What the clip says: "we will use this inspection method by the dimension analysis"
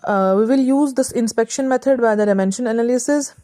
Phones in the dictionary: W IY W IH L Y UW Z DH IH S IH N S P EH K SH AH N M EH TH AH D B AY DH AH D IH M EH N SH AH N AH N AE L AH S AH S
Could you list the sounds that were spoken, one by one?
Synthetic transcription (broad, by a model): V IY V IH L Y UW Z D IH S IH N S P EH K SH AH N M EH T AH D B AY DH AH D IH M EH N SH AH N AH N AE L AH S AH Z